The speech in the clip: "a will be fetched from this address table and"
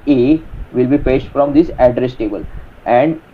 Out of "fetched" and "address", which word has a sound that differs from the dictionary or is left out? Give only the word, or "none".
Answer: fetched